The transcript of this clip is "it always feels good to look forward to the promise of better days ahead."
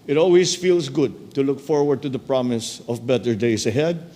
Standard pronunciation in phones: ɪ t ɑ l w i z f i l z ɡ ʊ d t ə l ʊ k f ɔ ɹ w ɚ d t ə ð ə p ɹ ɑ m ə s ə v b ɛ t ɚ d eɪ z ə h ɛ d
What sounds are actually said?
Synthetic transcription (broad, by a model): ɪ t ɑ l w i s f i l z ɡ ʊ d t ə l ʊ k f ɔ ɹ w ɚ d t ə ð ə p ɹ ɑ m ə s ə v b ɛ t ɚ d eɪ s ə h ɛ d